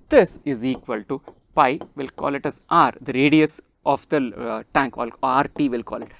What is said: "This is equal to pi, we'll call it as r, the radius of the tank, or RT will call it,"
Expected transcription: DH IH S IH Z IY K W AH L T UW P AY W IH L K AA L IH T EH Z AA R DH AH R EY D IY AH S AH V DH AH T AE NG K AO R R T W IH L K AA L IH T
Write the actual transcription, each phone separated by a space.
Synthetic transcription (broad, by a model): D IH S IH Z IY K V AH L T UW P AY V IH L K AA L IH T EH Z AA R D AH R EY D IY AH S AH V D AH T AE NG K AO L R T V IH L K AA L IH T